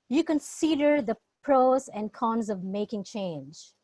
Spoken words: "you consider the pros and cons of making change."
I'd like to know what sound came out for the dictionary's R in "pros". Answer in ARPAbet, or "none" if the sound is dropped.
R